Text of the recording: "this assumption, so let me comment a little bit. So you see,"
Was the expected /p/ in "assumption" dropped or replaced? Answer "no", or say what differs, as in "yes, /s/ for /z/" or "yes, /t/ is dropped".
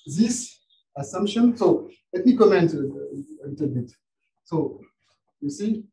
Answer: no